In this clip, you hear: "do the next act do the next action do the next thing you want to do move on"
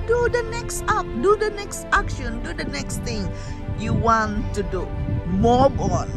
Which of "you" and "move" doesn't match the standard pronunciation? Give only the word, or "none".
move